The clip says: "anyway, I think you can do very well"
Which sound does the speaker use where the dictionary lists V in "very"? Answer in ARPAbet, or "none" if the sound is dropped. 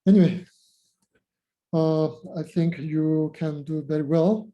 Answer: B